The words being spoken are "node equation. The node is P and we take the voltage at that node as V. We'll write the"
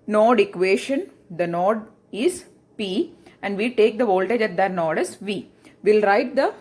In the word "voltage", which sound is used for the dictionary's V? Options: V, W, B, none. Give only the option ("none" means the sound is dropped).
V